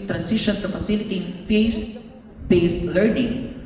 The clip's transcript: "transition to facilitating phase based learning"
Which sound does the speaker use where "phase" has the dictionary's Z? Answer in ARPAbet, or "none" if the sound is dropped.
S